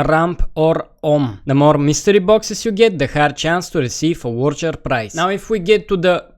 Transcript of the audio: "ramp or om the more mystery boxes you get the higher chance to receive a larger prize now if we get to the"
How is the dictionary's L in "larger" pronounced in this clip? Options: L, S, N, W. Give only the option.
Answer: W